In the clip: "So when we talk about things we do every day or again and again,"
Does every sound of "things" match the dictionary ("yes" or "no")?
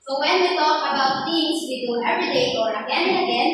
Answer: no